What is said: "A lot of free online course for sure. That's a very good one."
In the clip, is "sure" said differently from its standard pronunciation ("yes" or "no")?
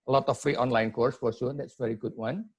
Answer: yes